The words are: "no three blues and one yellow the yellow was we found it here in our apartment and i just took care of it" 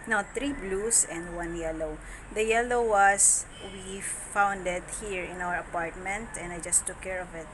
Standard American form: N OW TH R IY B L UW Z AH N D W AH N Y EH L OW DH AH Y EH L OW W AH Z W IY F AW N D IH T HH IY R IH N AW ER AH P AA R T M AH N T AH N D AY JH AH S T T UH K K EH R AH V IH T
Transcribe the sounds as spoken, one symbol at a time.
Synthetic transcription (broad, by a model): N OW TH R IY B L UW S AH N D W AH N Y EH L OW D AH Y EH L OW W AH S W IY F AW N D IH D HH IY R IH N AW ER AH P AA R T M AH N T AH N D AY JH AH S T T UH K K EH R AH V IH T